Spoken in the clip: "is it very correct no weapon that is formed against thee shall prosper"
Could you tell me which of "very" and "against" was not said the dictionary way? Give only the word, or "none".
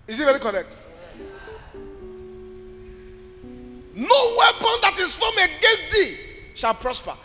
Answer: against